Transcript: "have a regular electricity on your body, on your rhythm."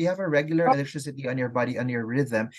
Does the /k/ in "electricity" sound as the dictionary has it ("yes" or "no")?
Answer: no